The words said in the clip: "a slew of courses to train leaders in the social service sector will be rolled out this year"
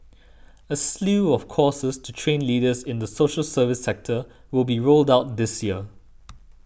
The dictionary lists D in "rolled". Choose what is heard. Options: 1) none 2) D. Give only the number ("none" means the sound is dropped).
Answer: 2